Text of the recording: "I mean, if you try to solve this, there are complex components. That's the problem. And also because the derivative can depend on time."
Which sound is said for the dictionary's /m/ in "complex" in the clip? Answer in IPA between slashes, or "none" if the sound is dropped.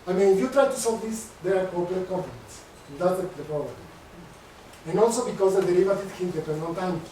none